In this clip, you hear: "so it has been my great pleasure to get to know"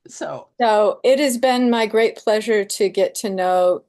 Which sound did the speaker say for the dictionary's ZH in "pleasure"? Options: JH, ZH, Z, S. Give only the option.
ZH